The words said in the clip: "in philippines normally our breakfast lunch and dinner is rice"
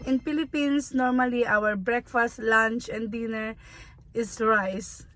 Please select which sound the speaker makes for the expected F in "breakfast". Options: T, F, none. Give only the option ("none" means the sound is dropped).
F